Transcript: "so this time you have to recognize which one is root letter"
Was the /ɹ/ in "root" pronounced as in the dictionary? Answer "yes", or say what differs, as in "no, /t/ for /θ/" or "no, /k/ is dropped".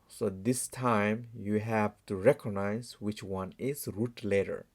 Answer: yes